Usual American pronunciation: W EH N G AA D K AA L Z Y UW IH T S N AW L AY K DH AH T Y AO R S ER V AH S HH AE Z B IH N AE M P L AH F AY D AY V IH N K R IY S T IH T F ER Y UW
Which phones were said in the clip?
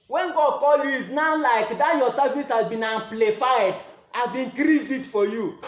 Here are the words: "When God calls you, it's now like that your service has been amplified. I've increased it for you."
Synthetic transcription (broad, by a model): W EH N G AA D K AA L Y UW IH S N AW L AY K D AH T Y AO S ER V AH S HH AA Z B IH N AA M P L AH F AY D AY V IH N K R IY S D IH T F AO Y UW